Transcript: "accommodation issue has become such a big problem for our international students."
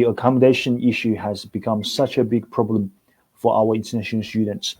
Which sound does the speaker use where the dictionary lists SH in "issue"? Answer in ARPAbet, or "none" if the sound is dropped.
SH